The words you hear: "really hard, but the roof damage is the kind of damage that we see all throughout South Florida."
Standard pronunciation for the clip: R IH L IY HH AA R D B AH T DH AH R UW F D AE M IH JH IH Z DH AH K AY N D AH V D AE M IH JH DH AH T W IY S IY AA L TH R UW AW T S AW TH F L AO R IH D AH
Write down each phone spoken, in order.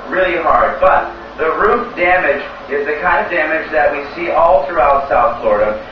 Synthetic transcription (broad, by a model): R IH L IY HH AA R D B AH T DH AH R UW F D AE M IH JH IH Z DH AH K AY N D AH V D AE M IH JH DH AH T W IY S IY AA L TH R UW AW T S AW TH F L AO R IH D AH